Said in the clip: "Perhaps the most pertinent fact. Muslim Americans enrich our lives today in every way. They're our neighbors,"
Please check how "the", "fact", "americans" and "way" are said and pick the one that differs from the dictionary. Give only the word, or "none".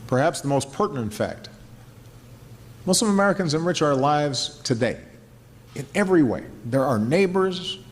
none